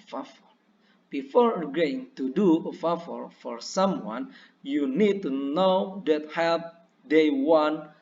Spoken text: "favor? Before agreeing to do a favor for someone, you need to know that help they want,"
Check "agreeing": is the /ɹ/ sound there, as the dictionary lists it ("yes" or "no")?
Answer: no